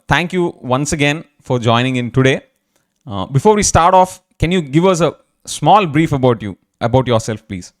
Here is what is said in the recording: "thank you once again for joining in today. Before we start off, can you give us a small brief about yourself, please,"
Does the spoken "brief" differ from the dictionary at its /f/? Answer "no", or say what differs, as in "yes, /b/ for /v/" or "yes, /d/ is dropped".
no